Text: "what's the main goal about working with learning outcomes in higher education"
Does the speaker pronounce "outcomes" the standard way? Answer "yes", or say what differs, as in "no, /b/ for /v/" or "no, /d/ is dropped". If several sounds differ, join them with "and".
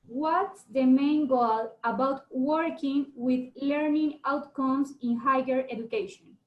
no, /s/ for /z/